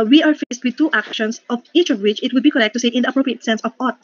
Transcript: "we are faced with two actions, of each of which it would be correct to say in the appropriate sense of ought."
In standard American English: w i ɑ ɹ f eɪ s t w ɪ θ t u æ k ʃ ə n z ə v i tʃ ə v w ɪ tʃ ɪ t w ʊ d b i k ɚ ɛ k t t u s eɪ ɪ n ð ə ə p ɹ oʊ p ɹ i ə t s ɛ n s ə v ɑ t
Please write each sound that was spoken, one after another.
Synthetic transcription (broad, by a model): w i ɑ ɹ f eɪ s t w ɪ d t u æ k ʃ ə n s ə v i tʃ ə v w ɪ tʃ ɪ t w ʊ d b i k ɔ ɛ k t t u s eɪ ɪ n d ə ə p ɹ oʊ p ɹ i ə t s ɛ n s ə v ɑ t